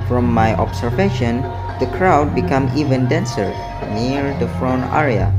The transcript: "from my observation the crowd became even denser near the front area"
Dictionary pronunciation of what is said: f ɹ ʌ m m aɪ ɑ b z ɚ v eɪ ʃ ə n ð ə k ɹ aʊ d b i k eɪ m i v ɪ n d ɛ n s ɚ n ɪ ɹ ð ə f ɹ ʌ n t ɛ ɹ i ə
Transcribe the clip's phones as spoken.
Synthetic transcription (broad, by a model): f ɹ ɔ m m aɪ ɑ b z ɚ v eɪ ʃ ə n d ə k ɹ aʊ d b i k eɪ m i v ɪ n d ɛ n s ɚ n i ɹ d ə f ɹ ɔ n ɛ ɹ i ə